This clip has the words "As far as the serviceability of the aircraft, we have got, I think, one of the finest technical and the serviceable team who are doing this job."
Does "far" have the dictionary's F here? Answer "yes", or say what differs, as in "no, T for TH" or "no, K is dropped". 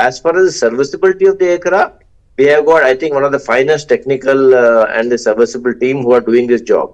yes